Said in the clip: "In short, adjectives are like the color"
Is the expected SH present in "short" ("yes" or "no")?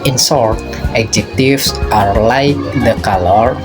no